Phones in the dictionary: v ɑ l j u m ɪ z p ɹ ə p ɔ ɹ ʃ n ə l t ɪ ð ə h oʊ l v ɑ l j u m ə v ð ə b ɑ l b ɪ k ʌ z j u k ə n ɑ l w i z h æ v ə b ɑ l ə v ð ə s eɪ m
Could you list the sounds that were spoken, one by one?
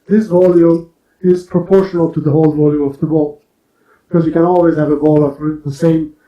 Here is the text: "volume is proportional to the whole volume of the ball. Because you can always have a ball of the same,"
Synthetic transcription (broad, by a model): v ɑ l j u m ɪ z p ɹ ə p ɔ ɹ ʃ n ə l t ɪ ð ə h oʊ l v ɑ l j u m ə v ð ə b ɑ l b ɪ k ʌ z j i k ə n ɑ l w i z h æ v ə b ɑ l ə f ð ə s eɪ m